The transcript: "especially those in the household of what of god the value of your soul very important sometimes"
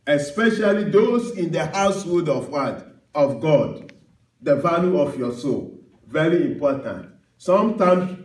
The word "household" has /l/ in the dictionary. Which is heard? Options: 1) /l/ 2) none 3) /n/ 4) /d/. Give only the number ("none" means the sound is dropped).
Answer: 2